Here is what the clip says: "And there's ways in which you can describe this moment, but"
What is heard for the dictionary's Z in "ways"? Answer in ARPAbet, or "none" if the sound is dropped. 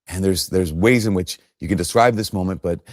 Z